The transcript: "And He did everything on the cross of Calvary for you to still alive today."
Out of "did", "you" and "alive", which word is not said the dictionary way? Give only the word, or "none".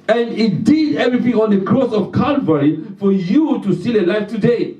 alive